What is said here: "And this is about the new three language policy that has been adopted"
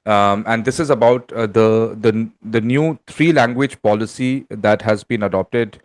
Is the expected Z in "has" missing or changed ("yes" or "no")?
no